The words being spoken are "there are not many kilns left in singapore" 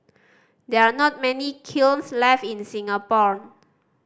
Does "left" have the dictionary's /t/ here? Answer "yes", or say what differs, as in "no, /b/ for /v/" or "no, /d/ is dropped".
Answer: no, /t/ is dropped